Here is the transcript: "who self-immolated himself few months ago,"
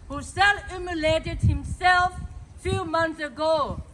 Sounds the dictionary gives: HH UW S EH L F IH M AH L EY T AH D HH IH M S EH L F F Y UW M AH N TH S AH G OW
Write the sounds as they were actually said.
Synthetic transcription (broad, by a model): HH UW S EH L UW M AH L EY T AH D HH IH M S EH L F F Y UW M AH N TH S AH G OW